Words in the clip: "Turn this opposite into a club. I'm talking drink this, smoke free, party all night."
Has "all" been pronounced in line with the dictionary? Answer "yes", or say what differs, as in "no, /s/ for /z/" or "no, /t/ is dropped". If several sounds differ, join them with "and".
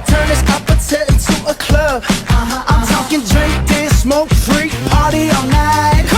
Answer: no, /n/ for /l/